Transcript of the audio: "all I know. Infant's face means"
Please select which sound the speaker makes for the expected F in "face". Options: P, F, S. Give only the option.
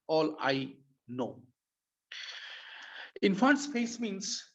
P